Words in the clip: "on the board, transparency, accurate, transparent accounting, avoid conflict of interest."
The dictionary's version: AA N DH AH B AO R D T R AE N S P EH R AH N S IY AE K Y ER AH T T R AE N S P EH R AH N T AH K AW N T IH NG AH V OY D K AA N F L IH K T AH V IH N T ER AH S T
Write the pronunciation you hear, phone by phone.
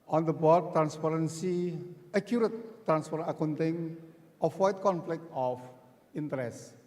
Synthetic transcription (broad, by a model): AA N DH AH B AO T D T R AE N S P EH R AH N S IY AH K Y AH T T R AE N S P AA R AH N AH K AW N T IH NG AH W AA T K AA N F L IH K T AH F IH N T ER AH S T